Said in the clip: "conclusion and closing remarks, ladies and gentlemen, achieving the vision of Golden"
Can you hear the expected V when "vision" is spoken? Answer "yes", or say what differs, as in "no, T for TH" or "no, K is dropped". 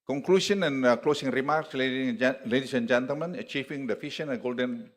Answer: no, F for V